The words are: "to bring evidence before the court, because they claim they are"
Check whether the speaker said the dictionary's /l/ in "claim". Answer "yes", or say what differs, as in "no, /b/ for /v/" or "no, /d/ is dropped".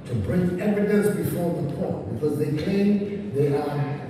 no, /l/ is dropped